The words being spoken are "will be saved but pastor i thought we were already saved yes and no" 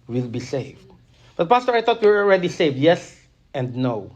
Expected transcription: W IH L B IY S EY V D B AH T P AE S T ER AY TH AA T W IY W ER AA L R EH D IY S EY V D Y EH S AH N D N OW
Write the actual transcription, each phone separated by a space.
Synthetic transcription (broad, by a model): W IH L B IY S EY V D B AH T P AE S T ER AY T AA T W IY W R AA L R EH D IY S EY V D Y EH S AH N D N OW